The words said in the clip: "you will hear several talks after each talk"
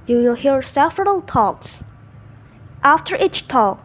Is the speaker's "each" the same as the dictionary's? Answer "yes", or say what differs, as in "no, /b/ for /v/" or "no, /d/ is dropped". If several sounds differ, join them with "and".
yes